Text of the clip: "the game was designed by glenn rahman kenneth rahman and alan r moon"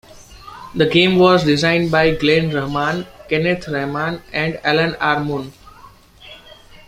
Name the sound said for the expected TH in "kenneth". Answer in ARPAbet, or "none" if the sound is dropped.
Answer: T